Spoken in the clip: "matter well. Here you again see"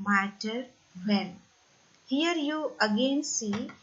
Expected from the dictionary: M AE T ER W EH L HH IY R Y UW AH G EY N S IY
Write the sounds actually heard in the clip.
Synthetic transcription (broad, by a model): M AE T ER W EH N HH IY R Y UW AH G EY N S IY